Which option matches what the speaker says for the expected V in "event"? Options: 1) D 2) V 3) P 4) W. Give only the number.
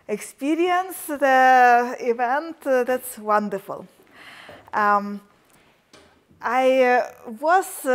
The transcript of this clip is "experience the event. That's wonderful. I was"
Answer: 2